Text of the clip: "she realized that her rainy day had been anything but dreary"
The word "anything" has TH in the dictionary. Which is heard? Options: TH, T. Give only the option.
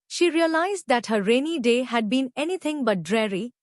T